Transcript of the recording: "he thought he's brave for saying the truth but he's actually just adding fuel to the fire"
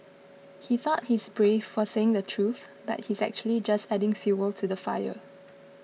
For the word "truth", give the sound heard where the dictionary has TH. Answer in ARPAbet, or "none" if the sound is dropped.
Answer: TH